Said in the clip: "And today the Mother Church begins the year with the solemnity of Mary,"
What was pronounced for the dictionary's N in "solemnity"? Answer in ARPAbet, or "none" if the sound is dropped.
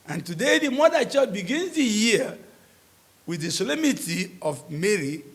none